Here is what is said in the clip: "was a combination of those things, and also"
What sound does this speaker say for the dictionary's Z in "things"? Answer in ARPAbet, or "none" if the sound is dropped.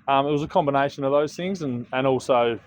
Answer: Z